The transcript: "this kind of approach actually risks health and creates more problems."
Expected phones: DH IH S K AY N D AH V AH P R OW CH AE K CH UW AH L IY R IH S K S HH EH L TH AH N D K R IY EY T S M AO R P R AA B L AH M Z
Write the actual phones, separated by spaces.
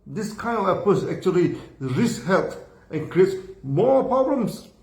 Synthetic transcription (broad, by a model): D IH S K AY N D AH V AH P OW S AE K CH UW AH L IY R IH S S HH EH L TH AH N K R IY EY T S M AO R P R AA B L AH M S